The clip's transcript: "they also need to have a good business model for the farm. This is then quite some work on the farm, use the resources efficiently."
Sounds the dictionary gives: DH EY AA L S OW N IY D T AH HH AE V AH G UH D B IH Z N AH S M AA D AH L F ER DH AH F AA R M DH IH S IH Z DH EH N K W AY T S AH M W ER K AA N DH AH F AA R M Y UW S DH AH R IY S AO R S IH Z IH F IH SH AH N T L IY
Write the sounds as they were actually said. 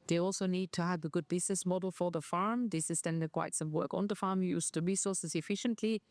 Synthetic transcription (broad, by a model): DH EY AA L S OW N IY D T AH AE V AH G UH D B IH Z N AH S M AA D AH L F ER DH AH F AA R M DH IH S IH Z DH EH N K W AY T S AH M W ER K AA N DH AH F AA R M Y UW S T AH R IY S AO R S IH Z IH F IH SH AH N T L IY